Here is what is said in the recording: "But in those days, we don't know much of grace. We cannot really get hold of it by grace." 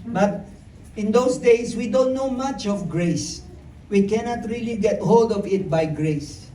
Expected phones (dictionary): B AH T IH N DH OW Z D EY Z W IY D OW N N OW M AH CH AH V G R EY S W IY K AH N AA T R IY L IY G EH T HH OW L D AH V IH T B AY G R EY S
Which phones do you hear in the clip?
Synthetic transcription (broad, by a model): B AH T IH N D OW S D EY S W IY D OW N N OW M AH CH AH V G R EY S W IY K AH N AA T R IY L IY G EH T HH OW L D AH V IH T B AY G R EY S